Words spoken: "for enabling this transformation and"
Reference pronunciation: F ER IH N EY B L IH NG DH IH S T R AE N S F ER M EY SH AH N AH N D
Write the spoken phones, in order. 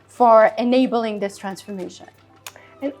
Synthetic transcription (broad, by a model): F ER IH N EY B L IH NG DH IH S T R AE N S F ER M EY SH AH N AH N